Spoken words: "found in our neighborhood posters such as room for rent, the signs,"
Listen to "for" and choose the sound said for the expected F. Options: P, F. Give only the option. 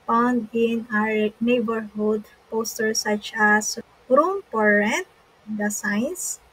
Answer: P